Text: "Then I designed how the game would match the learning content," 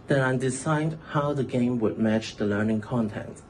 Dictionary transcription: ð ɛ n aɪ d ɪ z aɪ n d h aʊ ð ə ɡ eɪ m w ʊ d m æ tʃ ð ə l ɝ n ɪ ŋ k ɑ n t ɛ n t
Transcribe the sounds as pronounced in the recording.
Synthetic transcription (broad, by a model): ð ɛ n aɪ d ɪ s aɪ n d h aʊ ð ə ɡ eɪ m w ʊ d m æ tʃ ð ə l ɝ n ɪ ŋ k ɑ n t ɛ n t